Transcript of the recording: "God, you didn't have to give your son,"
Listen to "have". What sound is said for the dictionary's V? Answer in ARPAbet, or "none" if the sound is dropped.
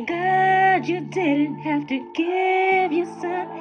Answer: F